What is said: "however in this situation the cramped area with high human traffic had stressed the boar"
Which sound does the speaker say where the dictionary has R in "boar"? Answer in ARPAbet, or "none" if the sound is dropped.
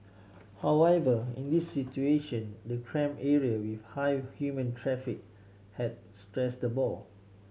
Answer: L